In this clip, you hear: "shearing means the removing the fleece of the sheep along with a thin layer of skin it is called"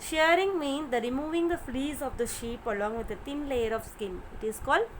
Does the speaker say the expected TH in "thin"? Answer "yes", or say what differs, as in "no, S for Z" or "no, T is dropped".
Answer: no, T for TH